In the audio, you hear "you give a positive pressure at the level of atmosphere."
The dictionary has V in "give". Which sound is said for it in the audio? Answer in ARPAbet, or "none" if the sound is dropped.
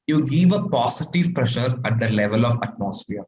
V